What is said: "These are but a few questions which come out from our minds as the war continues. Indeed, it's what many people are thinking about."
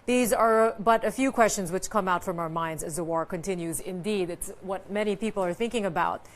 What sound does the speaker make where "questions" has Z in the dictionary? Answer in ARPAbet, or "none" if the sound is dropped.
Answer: Z